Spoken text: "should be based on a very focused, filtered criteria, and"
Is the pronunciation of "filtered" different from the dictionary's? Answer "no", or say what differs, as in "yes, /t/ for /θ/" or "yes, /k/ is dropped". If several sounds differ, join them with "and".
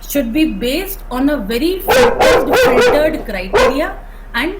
yes, /n/ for /l/